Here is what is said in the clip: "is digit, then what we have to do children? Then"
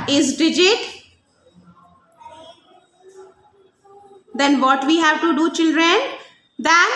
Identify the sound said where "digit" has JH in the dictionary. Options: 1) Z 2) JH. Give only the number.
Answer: 2